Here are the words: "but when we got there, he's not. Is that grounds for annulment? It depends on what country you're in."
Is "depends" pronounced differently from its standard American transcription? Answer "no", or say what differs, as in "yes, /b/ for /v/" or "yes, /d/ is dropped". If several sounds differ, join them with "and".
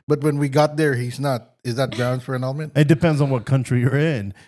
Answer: no